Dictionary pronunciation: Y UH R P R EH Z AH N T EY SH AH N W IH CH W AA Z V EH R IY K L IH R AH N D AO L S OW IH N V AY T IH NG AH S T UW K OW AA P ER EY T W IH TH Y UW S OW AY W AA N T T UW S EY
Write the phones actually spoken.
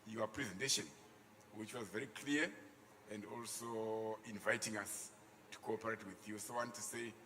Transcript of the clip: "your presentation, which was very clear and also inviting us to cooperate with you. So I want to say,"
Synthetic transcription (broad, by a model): Y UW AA P R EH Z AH N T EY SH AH N W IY CH W AA Z V EH R IY K L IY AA AH N D AO L S OW IH N V AY T IH NG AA S T UW K OW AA P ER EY T W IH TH Y UW S OW W AA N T T UW S EY